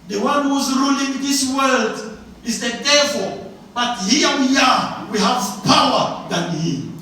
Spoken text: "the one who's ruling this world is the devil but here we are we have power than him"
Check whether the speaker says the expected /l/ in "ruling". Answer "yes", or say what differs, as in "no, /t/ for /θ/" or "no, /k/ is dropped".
yes